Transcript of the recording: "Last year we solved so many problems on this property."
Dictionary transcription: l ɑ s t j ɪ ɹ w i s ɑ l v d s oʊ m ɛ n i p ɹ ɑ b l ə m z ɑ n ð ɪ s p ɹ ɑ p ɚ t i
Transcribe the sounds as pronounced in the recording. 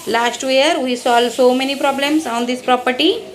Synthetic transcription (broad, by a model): l ɑ s t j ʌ ɹ w i s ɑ l d s oʊ m ɛ n i p ɹ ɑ b l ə m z ɑ n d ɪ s p ɹ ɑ p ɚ t i